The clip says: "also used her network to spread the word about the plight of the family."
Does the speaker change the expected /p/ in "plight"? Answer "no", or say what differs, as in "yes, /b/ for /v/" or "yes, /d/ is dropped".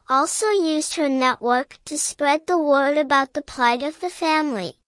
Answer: no